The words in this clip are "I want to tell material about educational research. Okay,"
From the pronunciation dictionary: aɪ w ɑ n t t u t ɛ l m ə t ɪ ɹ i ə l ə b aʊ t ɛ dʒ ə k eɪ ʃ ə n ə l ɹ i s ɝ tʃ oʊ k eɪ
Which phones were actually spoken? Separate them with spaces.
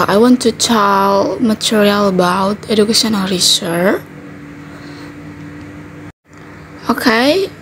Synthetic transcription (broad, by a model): aɪ w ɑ n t t u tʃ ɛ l m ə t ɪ ɹ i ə l ə b aʊ t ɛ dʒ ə k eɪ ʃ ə n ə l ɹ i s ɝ oʊ k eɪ